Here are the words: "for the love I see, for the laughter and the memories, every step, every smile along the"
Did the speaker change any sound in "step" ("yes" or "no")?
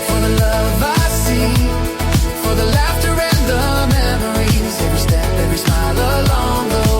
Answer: yes